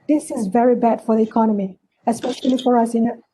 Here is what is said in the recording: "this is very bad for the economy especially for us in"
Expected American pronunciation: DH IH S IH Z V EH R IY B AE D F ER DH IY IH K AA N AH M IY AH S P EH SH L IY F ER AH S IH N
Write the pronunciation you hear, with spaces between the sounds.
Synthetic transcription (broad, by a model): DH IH S IH Z V EH R IY B AE D F ER DH IY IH K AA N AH M IY AH S P EH SH L IY F ER AH S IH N